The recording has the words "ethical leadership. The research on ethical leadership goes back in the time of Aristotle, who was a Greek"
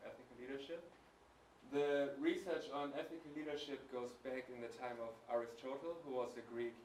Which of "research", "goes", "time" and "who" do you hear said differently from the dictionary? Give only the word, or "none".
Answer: none